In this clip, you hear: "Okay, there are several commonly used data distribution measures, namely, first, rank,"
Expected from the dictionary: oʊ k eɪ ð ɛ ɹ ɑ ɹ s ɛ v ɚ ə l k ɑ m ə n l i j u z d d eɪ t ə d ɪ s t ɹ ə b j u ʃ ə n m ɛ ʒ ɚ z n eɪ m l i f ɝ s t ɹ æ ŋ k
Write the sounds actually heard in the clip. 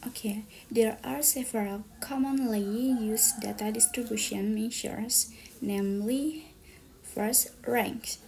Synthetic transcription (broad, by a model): oʊ k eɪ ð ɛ ɹ ɑ ɹ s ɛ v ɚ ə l k ɑ m ə n l i j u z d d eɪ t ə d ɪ s t ɹ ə b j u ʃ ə n m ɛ ʃ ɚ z n eɪ m l i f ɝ s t ɹ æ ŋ k